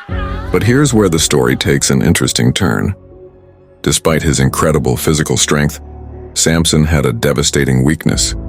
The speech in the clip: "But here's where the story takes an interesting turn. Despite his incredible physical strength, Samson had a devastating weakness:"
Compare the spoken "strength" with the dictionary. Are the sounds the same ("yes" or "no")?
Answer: yes